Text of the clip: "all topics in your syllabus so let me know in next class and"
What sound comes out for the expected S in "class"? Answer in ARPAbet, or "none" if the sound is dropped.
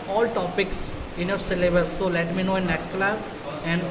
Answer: none